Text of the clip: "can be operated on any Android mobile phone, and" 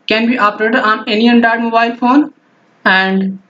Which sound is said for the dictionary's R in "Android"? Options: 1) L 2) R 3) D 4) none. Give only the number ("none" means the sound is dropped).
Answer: 4